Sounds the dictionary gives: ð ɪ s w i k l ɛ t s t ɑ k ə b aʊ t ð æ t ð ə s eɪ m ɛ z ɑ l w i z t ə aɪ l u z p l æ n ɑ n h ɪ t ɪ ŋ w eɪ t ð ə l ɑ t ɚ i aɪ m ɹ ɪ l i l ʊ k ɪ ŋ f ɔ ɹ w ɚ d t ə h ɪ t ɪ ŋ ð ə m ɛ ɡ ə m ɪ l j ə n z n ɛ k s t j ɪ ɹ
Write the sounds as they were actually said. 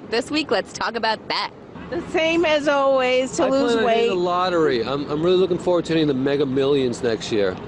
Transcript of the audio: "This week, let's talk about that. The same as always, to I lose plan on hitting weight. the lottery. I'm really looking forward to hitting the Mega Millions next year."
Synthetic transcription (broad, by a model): ð ɪ s w i k l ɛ t s t ɑ k ə b aʊ t ð æ t ð ə s eɪ m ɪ z ɑ l w i z t ə l u z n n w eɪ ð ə l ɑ t ɚ i aɪ m ɹ ɪ l i l ʊ k ɪ ŋ f ɔ ɹ w ɚ d t ə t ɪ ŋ ð ə m ɛ ɡ ə m ɪ l j ə n z n ɛ k s t j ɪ ɹ